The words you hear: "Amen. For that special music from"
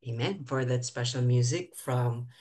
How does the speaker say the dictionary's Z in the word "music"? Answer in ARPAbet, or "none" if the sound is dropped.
Z